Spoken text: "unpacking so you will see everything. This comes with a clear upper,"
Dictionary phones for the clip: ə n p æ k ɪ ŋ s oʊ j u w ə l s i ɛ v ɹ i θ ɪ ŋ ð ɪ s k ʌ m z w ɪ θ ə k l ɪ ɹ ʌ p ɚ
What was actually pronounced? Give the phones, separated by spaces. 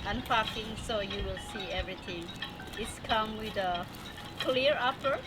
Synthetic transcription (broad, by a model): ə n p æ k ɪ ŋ s oʊ j u w ə l s i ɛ v ɹ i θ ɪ ŋ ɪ s k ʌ m w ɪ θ ə k l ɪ ɹ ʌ p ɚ